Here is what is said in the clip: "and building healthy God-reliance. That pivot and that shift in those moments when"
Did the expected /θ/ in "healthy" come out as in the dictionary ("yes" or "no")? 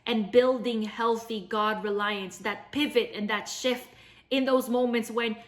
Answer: yes